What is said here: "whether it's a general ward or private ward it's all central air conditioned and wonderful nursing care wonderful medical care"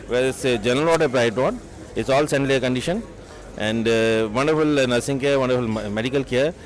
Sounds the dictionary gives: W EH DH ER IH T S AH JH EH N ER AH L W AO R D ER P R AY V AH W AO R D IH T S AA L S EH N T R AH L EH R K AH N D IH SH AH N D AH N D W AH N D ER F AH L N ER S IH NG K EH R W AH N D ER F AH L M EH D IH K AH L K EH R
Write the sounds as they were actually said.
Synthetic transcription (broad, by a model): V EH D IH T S JH EH N ER AH L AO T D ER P R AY AH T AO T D IH T S AA L S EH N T L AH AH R K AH N D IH SH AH N AH N D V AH N D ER F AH L N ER S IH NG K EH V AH N D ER F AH L M EH D IH K AH L K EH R